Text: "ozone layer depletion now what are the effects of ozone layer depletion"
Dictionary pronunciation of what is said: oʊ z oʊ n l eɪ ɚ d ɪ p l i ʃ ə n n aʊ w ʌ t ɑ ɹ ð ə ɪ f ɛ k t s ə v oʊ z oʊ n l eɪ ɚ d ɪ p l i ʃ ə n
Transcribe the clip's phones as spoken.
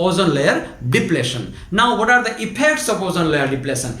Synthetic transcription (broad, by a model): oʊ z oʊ n l eɪ ɚ d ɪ p l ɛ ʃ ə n n aʊ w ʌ t ɑ ɹ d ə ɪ p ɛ k t s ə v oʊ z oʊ n l eɪ ɚ d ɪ p l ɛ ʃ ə n